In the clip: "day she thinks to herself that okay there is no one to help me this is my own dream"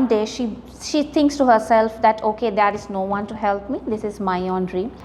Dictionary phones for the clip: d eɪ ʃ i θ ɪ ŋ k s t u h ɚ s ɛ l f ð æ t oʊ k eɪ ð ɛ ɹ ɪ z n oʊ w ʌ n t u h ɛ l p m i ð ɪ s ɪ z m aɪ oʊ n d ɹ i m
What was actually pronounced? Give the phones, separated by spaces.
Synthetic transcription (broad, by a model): d eɪ ʃ i t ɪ ŋ k s t u h ɚ s ɛ l f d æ t oʊ k eɪ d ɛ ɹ ɪ z n oʊ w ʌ n t u h ɛ l p m i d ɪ s ɪ z m aɪ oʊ n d ɹ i